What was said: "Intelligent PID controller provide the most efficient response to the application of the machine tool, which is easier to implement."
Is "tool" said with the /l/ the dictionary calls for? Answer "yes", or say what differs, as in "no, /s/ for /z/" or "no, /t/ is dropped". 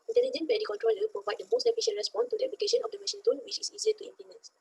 no, /n/ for /l/